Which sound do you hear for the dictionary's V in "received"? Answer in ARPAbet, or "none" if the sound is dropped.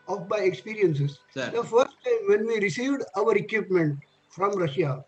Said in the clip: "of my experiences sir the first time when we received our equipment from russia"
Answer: V